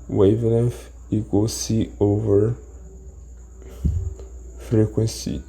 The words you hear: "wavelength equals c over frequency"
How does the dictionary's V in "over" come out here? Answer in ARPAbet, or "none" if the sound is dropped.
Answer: V